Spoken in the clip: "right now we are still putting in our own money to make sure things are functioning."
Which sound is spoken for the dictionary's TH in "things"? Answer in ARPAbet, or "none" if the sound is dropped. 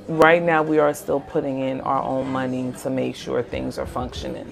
TH